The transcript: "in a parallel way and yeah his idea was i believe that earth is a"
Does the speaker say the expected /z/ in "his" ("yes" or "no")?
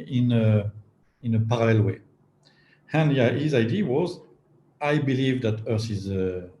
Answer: yes